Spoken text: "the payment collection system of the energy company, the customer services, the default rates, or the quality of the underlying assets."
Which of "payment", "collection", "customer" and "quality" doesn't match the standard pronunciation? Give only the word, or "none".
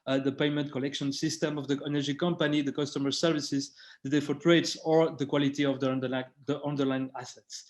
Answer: none